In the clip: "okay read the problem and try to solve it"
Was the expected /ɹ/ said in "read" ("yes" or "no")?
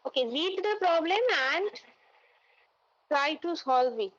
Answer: no